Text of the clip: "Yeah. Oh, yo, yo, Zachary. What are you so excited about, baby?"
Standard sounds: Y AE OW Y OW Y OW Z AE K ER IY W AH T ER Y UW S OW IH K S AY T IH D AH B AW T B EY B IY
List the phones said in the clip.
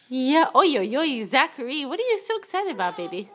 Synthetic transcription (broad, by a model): Y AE OW Y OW Y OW Z AE K ER IY W AH T ER Y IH S OW IH K S AY T IH D AH B AW T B EY B IY